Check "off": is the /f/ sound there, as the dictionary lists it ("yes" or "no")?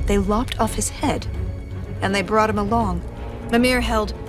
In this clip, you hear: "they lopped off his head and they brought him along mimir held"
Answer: yes